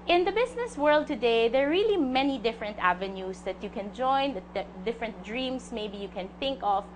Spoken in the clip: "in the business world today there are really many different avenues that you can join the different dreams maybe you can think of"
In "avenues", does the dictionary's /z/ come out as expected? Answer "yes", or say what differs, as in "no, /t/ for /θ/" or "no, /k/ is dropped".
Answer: no, /s/ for /z/